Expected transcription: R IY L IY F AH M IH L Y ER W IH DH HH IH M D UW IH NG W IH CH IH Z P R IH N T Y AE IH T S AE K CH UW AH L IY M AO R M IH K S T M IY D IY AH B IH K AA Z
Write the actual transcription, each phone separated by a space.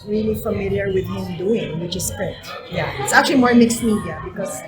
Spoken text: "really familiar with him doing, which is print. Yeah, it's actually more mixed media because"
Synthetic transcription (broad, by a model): R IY L IY F AH M IH L Y ER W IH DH HH IH M D UW IH NG W IH CH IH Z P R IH T Y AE IH T S AE K CH UW AH L IY M AO R M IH K S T M IY D IY AH B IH K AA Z